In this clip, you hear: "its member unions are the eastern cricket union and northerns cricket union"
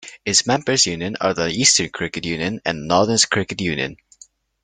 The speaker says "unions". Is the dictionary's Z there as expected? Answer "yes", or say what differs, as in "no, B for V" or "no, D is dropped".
no, Z is dropped